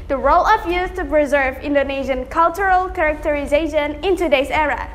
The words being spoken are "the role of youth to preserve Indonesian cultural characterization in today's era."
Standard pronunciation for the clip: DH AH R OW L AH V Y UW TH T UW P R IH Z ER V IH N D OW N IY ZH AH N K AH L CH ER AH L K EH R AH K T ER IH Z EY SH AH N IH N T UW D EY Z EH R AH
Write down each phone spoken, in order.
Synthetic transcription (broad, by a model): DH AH R OW L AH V Y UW S T UW P R IH Z ER V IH N D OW N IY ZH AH N K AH L CH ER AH L K EH R AH K T ER IH Z EY SH AH N IH N T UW D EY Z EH R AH